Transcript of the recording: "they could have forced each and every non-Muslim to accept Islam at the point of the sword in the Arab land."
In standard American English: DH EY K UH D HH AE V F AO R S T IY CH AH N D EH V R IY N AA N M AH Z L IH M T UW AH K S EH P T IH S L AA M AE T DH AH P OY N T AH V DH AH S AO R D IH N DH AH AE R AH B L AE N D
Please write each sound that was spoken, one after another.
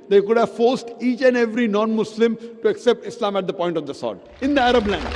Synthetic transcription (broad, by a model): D EY K UH D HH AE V F AO R S T IY CH AH N D EH V R IY N AA N M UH S L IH M T UW AH K S EH P T IH S L AA M AE T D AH P OY N T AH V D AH S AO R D IH N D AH AE R AH B L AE N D